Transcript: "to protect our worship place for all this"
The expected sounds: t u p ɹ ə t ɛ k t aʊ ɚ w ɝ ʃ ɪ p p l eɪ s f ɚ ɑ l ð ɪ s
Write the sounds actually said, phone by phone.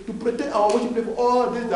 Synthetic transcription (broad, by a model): t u p ɹ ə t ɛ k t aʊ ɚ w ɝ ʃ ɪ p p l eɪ f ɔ ɑ l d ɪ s